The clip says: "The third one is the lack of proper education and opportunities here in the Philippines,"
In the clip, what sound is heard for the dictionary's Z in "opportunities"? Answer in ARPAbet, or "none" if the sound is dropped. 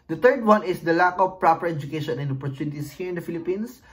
S